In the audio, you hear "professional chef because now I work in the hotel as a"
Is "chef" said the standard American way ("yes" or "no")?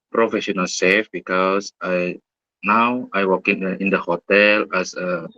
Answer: no